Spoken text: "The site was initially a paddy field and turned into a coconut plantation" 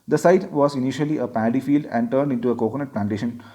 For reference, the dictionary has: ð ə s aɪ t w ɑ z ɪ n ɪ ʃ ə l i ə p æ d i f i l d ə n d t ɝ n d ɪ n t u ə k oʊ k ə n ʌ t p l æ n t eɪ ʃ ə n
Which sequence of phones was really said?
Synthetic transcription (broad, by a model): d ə s aɪ t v ɑ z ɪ n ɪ ʃ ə l i ə p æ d i f i l d ə n d t ɝ n d ɪ n t u ə k oʊ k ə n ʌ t p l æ n t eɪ ʃ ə n